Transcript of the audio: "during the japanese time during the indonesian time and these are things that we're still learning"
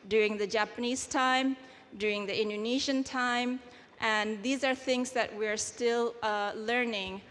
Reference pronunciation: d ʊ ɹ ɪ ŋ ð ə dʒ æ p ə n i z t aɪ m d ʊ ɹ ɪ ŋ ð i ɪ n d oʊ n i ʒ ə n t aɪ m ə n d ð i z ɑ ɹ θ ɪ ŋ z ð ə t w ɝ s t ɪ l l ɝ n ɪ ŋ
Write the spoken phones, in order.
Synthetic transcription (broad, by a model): d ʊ ɹ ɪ ŋ ð ə dʒ æ p ə n i z t aɪ m d ʊ ɹ ɪ ŋ ð i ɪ n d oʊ n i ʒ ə n t aɪ m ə n ð i z ɑ ɹ θ ɪ ŋ z ð ə t w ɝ s t ɪ l l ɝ n ɪ ŋ